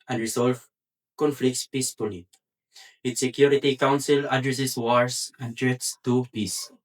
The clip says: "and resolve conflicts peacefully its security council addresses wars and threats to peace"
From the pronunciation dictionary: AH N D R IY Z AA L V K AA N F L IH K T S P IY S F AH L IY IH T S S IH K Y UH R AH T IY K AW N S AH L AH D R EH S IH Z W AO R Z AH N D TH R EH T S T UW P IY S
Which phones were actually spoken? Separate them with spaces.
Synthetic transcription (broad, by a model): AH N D R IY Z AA L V K AA N F L IH K T S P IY S P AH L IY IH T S S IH K Y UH R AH T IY K AW N S AH L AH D R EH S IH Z W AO R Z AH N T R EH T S T UW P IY S